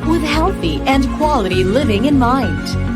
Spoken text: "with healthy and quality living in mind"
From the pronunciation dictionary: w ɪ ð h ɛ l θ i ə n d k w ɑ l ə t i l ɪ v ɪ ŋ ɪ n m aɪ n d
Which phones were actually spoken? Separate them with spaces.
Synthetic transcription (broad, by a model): w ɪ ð h ɛ l θ i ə n k w ɑ l ə t i l ɪ v ɪ ŋ ɪ n m aɪ n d